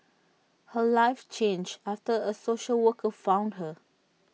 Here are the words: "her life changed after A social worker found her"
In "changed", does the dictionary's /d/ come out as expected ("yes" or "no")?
no